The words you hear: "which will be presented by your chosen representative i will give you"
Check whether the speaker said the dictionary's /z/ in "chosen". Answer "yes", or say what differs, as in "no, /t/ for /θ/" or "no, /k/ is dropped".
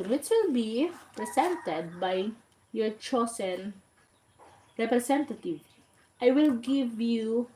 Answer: no, /s/ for /z/